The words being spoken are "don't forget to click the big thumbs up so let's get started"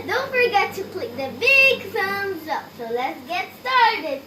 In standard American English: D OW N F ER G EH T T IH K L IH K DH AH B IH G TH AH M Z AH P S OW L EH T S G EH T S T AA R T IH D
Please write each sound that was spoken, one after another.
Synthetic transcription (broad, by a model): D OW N F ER G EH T T IH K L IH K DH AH B IH G S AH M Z AH P S OW L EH T S G EH T S T AA R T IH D